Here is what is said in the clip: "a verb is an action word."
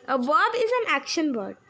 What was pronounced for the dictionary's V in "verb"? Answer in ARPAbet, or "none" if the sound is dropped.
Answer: B